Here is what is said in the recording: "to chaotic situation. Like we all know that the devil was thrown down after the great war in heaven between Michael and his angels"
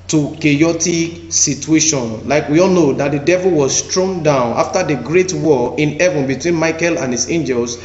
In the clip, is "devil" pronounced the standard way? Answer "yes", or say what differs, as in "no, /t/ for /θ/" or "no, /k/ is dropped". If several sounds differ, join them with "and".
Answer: yes